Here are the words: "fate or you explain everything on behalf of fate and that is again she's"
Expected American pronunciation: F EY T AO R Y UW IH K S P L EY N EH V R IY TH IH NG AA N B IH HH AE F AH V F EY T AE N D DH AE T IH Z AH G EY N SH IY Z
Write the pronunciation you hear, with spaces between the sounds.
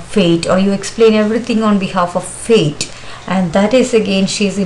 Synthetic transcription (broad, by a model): F EY T AO R Y UW IH K S P L EY N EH V R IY T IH NG AA N B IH HH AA F AH V F EY T AE N D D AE T IH Z AH G EY N SH IY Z